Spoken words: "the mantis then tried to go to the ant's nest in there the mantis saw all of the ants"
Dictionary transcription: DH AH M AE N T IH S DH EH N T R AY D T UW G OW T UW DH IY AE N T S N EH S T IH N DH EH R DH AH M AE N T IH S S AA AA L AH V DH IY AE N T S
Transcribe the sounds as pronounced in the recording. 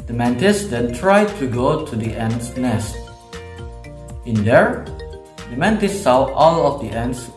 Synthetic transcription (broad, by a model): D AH M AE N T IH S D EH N T R AY D T UW G OW T UW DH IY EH N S N EH S T IH N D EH R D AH M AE N T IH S S AA AA L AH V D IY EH N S